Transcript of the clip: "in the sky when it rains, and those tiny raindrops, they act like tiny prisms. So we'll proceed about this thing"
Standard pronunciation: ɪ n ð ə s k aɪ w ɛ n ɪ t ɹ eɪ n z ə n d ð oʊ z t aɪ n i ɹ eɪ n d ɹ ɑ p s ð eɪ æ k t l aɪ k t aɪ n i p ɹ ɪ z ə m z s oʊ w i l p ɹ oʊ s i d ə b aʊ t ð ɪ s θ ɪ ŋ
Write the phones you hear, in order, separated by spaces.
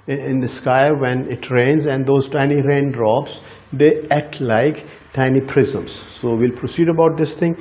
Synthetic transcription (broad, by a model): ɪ n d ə s k aɪ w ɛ n ɪ t ɹ eɪ n z ə n d oʊ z t aɪ n i ɹ eɪ n d ɹ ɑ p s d eɪ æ t l aɪ k t aɪ n i p ɹ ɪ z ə m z s oʊ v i l p ɹ oʊ s i d ə b aʊ t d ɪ s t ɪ ŋ